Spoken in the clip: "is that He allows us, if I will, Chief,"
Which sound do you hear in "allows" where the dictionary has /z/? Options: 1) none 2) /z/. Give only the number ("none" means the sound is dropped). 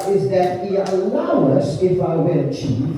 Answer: 1